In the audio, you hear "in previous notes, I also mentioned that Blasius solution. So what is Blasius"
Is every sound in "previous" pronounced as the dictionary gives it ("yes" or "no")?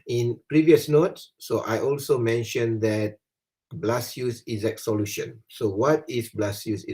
yes